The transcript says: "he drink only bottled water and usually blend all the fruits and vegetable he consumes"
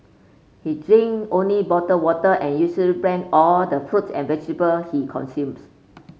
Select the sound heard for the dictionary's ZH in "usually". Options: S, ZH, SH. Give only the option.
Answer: S